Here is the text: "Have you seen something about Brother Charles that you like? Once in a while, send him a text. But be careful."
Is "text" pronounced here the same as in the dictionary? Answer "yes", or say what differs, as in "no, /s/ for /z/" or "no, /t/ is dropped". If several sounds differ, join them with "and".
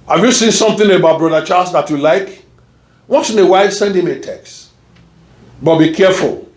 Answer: yes